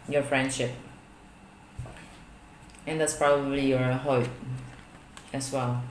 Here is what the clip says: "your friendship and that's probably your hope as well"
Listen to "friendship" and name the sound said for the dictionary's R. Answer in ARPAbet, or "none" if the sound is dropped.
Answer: R